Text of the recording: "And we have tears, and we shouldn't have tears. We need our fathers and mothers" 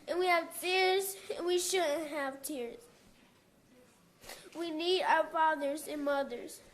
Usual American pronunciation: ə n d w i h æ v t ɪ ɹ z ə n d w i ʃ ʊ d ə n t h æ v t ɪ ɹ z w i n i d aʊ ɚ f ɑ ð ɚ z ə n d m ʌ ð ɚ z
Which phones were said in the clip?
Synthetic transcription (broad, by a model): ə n w i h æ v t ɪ ɹ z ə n w i ʃ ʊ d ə n t h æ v t ɪ ɹ z w i n i d aʊ ɚ f ɑ ð ɚ z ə n m ʌ ð ɚ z